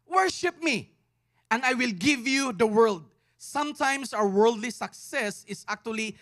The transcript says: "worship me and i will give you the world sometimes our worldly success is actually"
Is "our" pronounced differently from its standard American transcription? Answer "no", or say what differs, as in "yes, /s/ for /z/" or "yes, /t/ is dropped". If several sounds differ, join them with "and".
yes, /w/ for /ɹ/